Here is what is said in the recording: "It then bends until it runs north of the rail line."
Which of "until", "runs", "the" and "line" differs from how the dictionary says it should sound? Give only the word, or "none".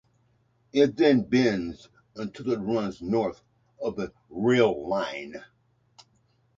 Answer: none